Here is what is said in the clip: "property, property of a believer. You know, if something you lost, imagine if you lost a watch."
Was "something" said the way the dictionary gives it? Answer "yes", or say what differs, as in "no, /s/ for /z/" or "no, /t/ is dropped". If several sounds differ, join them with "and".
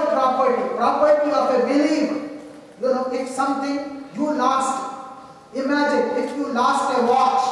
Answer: no, /t/ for /θ/